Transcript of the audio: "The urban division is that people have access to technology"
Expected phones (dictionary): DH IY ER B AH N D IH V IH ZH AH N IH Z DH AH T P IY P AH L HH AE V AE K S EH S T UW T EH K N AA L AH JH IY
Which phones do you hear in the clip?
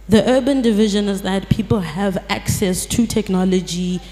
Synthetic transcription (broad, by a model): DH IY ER B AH N D IH V IH ZH AH N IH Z DH AH T P IY P AH L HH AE V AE K S EH S T UW T EH K N AA L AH JH IY